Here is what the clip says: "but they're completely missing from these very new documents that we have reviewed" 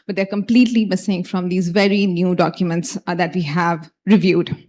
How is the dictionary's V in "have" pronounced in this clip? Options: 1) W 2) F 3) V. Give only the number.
3